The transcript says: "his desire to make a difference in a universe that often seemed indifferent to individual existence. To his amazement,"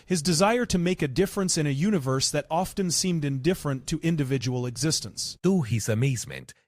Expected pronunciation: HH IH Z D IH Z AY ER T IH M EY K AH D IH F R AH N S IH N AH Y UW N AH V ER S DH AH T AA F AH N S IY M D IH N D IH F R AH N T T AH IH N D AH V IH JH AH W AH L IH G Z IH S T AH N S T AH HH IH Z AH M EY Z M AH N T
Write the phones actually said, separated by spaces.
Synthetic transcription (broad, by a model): HH IH Z D IH Z AY ER T IH M EY K AH D IH F R AH N S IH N AH Y UW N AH V ER S DH AH T AA F AH N S IY M D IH N D IH F R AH N T T IH N D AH V IH JH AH W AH L IH G Z IH S T AH N S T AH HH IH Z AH M EY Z M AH N T